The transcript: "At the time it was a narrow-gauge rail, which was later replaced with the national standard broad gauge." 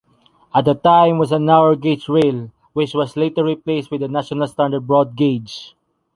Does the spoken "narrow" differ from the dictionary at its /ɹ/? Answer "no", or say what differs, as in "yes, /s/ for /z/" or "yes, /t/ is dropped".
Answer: yes, /w/ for /ɹ/